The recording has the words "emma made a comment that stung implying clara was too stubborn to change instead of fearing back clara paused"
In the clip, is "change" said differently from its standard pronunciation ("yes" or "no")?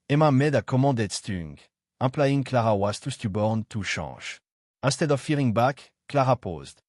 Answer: yes